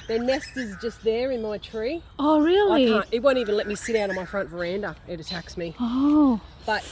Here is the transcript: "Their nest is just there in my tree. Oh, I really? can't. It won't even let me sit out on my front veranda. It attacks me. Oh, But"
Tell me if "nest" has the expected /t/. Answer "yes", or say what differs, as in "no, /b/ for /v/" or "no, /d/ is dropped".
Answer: yes